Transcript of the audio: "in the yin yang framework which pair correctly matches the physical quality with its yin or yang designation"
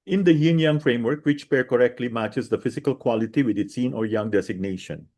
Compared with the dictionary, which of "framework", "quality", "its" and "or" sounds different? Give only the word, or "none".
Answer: none